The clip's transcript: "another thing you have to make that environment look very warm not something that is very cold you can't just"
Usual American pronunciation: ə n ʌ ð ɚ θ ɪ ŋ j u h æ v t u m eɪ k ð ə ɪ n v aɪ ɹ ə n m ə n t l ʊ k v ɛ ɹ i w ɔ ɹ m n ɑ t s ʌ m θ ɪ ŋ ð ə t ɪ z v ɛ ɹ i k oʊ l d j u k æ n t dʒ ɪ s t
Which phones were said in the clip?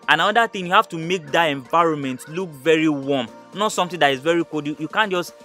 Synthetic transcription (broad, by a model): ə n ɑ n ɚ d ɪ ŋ j u h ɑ f t u m eɪ k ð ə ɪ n v aɪ ɹ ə n m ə n t l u k v ɛ ɹ i w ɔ m n ɑ t s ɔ m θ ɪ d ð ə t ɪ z v ɛ ɹ i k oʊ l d j u k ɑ n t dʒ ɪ s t